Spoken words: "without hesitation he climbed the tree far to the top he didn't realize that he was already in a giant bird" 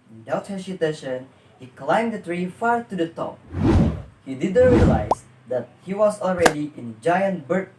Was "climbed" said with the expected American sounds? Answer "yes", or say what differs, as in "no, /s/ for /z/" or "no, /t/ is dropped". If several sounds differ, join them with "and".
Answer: yes